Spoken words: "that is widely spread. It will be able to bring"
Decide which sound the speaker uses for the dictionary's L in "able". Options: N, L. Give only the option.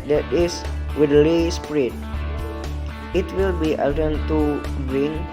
N